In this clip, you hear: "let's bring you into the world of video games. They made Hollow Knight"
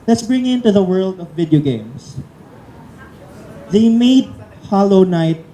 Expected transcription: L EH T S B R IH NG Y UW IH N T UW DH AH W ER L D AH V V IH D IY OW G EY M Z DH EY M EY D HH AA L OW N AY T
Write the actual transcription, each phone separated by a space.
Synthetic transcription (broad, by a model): L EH T S B R IH NG IH N T UW DH AH W ER L D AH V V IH D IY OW G EY M S DH EY M EY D HH AA L OW N AY T